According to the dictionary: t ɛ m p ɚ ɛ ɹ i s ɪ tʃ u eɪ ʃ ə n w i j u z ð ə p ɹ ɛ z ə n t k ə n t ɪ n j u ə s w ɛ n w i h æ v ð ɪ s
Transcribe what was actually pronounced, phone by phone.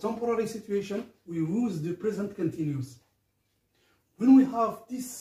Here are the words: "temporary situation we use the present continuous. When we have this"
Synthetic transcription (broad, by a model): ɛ m p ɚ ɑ ɹ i s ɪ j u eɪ ʃ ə n w i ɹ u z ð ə p ɹ ɛ z ə n t k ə n t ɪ n j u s w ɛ n w i h æ v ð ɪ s